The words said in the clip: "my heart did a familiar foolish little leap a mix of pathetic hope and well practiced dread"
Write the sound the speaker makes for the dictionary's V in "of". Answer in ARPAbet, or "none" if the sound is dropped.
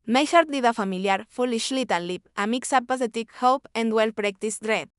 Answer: P